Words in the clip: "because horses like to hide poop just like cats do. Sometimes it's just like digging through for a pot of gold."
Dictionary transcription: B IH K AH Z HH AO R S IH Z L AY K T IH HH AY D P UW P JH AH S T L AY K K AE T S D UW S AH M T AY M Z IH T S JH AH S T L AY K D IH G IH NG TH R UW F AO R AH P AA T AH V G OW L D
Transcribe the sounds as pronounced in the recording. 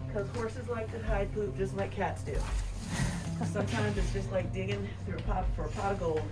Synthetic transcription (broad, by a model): K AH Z HH AO R S IH Z L AY K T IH HH AY D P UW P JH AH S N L AY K K AE T S D UW S AH M T AY M Z IH T S JH AH S T L AY K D IH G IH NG TH R UW P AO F AH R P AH G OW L